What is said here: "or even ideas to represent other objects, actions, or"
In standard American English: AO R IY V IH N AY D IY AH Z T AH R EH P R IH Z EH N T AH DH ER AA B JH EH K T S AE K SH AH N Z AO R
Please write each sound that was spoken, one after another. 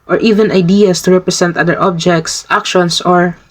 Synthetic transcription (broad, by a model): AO R IY V IH N AY D IY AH S T AH R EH P R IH S EH N T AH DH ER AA B JH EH K T S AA K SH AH N S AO R